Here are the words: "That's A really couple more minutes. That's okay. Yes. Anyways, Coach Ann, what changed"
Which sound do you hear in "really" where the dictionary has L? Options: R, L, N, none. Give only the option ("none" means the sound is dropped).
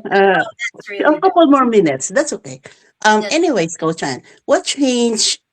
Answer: none